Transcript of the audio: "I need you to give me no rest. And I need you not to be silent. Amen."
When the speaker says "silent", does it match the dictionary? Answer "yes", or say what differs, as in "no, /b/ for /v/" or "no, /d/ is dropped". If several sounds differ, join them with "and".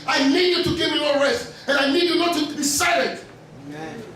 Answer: no, /n/ is dropped